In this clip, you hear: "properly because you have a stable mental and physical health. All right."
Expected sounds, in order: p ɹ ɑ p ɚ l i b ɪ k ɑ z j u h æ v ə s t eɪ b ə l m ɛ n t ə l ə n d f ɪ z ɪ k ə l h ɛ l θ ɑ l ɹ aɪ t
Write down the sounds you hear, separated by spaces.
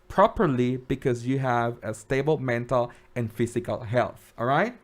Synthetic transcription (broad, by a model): p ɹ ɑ p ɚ l i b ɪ k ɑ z j u h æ v ə s t eɪ b ə l m ɛ n t ə l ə n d f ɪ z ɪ k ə l h ɛ l θ ɑ l ɹ aɪ t